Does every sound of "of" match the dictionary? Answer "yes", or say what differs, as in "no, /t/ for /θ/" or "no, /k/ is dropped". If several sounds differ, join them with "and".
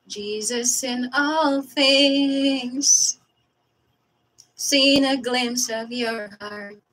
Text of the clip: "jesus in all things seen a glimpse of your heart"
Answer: yes